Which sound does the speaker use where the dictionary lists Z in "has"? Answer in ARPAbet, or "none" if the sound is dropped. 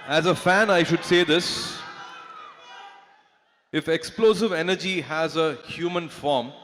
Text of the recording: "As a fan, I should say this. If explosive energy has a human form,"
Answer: Z